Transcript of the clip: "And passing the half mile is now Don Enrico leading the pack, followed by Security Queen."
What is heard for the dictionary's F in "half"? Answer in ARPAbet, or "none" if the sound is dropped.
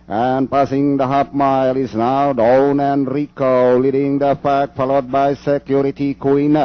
P